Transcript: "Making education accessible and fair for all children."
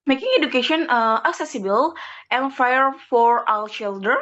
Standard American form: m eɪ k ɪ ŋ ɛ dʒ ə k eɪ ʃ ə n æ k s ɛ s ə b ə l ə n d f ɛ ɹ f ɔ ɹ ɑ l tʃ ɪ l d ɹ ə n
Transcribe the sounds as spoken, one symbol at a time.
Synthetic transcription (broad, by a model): m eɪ k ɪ ŋ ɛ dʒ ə k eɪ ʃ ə n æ k s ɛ s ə b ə l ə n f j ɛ ɹ f ɔ ɹ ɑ w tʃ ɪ l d ɹ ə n